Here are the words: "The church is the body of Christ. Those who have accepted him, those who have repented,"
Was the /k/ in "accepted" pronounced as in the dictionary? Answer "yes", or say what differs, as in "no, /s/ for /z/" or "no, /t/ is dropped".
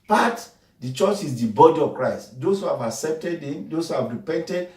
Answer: yes